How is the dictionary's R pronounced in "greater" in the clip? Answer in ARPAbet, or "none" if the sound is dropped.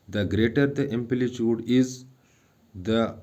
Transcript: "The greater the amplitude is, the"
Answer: R